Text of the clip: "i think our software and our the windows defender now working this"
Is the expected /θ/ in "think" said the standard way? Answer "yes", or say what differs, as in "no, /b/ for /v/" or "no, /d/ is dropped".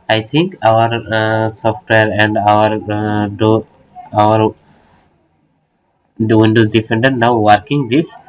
no, /t/ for /θ/